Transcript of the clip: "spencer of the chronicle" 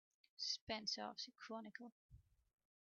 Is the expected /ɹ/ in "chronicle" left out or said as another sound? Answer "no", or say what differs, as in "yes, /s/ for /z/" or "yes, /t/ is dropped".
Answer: yes, /ɹ/ is dropped